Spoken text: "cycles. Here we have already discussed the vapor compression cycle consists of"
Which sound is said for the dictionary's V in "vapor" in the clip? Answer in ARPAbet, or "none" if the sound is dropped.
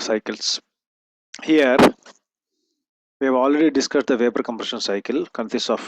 V